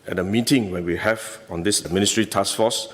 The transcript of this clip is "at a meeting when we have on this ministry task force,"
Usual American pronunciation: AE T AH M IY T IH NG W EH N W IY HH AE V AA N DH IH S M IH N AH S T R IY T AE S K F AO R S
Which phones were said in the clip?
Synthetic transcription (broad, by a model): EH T AH M IY T IH NG W EH N W IY HH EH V AA N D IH S M IH N AH S T R IY T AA S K F AO S